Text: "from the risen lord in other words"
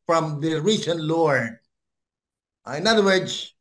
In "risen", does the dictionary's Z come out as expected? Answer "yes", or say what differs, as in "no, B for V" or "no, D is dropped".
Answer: no, S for Z